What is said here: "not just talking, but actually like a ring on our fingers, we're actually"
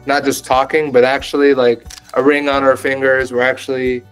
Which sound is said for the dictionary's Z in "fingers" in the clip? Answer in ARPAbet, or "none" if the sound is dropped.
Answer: Z